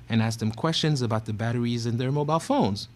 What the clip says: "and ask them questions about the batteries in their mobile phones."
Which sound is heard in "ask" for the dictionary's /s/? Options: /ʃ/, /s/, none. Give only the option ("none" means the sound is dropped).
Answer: /s/